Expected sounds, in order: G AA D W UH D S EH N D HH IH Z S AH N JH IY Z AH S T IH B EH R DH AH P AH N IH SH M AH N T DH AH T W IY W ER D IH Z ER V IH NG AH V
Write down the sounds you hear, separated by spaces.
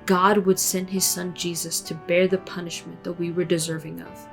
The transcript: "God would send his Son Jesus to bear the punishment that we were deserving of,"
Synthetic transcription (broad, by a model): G AA D W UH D S EH N D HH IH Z S AH N JH IY Z AH S T IH B EH R DH AH P AH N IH SH M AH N DH AH T W IY W ER D IH Z ER V IH NG AH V